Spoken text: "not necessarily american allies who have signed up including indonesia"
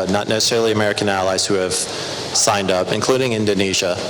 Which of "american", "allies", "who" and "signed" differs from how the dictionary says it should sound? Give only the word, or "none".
none